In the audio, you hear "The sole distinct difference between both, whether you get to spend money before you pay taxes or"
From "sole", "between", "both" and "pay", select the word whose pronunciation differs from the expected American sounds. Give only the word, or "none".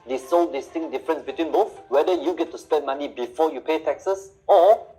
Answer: both